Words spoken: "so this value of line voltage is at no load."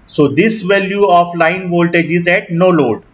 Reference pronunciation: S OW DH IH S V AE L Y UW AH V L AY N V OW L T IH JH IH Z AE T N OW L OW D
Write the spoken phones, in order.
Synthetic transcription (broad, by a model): S OW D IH S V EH L Y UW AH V L AY N V OW L T IH JH IH Z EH T N OW L OW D